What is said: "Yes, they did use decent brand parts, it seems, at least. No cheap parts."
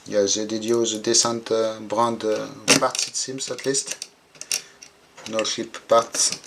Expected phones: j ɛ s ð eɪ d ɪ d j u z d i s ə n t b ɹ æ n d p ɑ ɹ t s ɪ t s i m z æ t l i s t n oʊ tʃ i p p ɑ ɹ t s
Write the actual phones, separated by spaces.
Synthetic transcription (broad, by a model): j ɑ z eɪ d ɪ d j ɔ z d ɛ s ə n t b ɹ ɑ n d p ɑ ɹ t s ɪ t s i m s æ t l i s t n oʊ ʃ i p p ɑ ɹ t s